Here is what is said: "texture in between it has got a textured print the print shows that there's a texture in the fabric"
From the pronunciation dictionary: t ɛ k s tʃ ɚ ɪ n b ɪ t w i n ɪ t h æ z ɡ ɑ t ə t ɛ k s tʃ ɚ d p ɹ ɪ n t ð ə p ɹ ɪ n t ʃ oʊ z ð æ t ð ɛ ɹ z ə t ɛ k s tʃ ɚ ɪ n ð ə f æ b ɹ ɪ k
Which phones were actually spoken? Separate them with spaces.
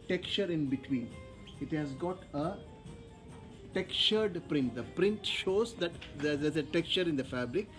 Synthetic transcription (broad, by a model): t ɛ k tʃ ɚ ɪ n b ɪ t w i n ɪ t h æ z ɡ ɑ t ə t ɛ k tʃ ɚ d p ɹ ɪ n t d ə p ɹ ɪ n t ʃ oʊ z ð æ t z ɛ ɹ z ə t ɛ k tʃ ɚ ɪ n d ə f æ b ɹ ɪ k